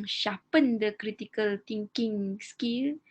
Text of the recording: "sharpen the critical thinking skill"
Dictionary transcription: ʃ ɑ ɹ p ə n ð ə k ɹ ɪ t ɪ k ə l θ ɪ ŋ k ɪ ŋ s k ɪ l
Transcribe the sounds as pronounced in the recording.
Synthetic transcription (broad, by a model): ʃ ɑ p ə n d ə k ɹ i t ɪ k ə l t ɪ ŋ k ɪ ŋ s k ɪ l